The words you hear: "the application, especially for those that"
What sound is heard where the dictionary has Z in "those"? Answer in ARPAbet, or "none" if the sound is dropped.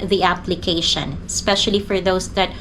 S